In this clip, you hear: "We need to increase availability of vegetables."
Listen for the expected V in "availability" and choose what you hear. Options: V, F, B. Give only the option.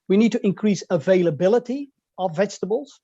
V